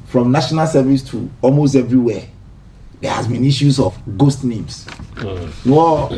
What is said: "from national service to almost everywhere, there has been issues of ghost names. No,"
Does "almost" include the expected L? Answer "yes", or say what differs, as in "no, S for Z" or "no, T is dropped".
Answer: yes